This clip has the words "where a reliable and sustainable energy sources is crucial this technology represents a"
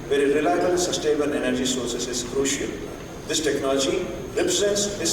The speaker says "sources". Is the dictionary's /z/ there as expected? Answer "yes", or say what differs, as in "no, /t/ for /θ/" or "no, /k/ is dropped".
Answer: no, /s/ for /z/